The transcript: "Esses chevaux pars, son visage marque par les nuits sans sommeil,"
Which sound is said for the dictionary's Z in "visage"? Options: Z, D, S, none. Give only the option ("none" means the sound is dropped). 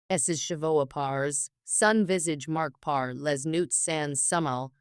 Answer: Z